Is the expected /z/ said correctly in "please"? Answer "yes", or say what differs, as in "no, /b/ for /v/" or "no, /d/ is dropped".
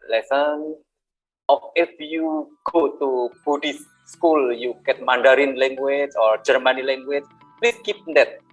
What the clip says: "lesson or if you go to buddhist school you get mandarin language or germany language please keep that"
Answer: no, /s/ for /z/